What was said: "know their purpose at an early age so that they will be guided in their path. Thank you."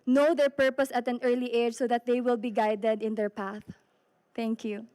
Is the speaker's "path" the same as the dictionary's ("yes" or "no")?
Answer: yes